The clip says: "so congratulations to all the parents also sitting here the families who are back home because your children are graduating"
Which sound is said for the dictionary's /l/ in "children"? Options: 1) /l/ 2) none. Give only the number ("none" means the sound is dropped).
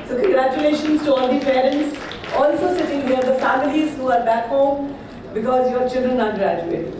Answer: 1